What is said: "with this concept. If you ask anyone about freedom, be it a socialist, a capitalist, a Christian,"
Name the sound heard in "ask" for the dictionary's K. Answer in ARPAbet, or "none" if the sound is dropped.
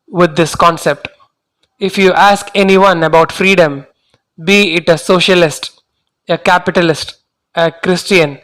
K